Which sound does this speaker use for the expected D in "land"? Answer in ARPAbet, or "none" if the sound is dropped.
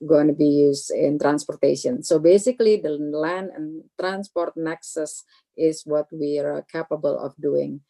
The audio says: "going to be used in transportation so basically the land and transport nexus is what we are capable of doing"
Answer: none